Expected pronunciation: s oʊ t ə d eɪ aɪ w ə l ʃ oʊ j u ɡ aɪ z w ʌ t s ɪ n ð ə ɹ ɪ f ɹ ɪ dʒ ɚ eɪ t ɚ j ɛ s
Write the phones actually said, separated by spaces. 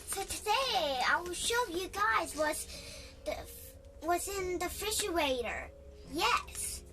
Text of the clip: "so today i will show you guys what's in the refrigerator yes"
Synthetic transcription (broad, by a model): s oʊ t ə d eɪ aɪ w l ʃ oʊ j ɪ ɡ aɪ z w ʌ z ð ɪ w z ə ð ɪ f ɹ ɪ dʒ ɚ eɪ t ɚ j ɛ s